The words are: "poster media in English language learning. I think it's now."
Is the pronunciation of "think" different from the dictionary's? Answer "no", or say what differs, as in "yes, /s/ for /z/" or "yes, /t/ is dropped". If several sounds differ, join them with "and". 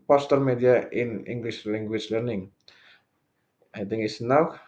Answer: yes, /t/ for /θ/